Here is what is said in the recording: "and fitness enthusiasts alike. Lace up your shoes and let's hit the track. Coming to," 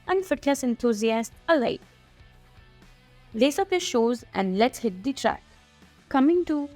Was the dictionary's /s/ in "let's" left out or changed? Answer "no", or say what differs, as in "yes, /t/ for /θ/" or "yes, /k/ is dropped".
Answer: yes, /s/ is dropped